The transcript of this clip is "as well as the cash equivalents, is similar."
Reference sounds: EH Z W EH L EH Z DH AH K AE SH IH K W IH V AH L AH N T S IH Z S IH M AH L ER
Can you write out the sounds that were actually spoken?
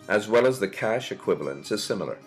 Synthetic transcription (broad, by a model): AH Z W EH L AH Z DH AH K AE SH IH K W IH V AH L AH N T S IH Z S IH M L ER